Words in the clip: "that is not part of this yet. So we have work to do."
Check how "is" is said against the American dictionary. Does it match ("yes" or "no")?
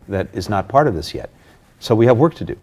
yes